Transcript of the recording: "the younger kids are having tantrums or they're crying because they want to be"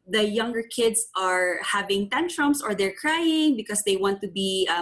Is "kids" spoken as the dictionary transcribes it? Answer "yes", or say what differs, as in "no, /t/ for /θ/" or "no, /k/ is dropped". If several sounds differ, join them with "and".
no, /s/ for /z/